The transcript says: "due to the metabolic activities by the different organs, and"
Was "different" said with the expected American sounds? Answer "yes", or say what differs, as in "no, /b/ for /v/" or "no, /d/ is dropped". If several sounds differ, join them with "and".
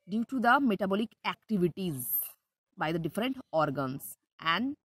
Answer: yes